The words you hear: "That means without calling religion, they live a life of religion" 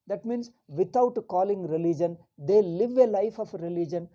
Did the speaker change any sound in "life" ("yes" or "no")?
no